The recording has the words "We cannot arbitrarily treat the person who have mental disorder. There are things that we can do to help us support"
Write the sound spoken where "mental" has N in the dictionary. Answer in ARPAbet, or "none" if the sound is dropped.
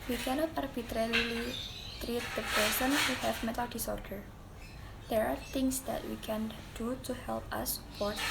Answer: none